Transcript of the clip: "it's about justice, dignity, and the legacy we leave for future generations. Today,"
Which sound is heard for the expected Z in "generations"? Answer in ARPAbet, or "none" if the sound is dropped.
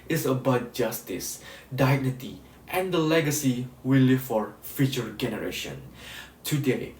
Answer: none